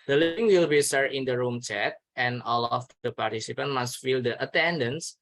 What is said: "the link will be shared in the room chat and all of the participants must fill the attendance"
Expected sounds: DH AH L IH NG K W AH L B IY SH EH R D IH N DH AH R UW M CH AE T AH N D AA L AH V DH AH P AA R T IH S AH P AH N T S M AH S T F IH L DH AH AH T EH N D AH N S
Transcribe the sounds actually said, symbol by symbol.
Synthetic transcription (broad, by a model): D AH L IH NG W AH L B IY S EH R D IH N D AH R UW M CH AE T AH N AA L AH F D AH P AA R T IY S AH P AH N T M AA S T F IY L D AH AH T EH N D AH N S